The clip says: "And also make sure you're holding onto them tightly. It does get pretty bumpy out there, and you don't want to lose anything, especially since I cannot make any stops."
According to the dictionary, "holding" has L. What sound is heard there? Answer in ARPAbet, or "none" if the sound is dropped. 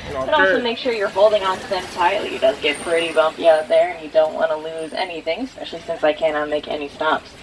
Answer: L